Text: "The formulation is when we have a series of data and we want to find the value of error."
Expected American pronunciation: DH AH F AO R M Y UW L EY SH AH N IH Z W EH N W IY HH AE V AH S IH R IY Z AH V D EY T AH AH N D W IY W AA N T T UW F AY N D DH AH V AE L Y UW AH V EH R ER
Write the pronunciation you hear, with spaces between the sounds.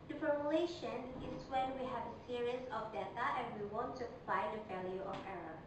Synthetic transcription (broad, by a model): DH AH F AO R M Y UW L EY SH AH N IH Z W EH N W IY HH AE V AH S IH R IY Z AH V D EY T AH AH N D W IY W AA N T T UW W AY D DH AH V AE L Y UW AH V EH R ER